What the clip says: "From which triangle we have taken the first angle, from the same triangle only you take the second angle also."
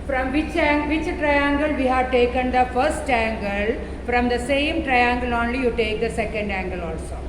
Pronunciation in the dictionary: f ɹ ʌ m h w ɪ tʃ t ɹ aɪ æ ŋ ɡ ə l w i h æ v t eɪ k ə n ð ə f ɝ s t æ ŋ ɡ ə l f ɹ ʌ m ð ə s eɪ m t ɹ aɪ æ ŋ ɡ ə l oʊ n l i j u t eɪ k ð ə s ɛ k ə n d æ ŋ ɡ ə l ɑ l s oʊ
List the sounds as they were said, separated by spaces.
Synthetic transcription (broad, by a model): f ɹ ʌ m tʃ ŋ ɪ tʃ t ɹ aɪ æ ŋ ɡ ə l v i h æ v t eɪ k ə n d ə f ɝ s t æ ŋ ɡ ə l f ɹ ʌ m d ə s eɪ m t ɹ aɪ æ ŋ ɡ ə l oʊ n l i j u t eɪ k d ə s ɛ k ə n d æ ŋ ɡ ə l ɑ l s oʊ